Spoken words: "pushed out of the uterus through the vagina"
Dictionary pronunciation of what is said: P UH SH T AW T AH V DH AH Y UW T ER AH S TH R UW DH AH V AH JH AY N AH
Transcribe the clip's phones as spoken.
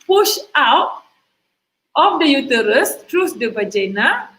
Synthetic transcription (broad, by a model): P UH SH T AW T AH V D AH Y UW T ER AH S T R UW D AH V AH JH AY N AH